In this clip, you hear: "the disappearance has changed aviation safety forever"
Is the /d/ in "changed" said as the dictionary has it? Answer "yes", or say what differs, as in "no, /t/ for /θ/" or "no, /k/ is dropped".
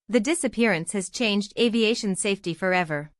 yes